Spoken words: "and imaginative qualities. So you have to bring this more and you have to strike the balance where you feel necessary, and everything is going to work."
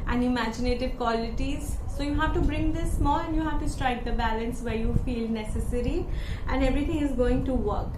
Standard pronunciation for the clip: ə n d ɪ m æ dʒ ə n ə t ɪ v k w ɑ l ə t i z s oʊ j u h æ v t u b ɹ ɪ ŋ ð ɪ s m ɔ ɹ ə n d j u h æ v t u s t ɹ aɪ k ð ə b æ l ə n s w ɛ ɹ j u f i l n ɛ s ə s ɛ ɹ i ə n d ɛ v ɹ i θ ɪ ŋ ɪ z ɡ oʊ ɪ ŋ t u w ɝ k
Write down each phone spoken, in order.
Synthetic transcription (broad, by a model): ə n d ɪ m æ dʒ ə n ə t ɪ v k w ɑ l ə t i z s oʊ j u h æ v t u b ɹ ɪ ŋ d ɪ s m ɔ l ə n d j u h æ v t u s t ɹ aɪ k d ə b æ l ə n s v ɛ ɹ j u f i l n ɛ s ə s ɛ ɹ i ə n d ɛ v ɹ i t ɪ ŋ ɪ z ɡ oʊ ɪ ŋ t u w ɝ k